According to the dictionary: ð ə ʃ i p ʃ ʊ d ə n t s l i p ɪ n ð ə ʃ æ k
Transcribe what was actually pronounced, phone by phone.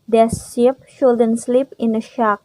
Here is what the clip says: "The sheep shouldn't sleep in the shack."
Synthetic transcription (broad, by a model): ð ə s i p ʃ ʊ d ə n s l i p ɪ n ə ʃ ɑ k